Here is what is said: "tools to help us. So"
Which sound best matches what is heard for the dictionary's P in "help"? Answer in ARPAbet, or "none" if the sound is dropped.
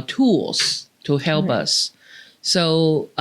P